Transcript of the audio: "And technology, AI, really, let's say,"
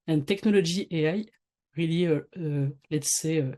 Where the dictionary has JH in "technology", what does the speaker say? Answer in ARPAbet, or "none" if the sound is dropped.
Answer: ZH